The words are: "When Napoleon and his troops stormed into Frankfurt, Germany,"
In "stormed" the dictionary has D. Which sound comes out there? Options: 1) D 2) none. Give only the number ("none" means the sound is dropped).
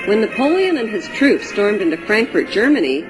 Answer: 1